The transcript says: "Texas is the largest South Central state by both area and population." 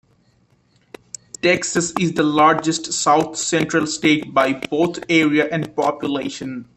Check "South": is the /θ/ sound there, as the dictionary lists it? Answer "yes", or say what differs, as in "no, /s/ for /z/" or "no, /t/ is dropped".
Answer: no, /t/ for /θ/